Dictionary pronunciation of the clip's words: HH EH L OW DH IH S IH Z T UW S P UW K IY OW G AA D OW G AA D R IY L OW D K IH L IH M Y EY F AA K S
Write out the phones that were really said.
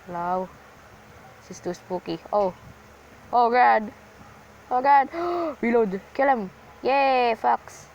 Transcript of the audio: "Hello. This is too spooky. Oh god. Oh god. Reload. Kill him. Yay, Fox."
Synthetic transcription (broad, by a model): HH L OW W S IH S T UW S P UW K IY OW G AA D OW G AA D W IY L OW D K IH L IH M Y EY F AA K S